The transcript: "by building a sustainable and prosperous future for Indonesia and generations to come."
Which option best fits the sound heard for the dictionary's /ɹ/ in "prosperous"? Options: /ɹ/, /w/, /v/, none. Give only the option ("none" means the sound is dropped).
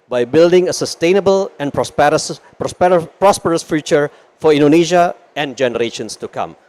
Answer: /ɹ/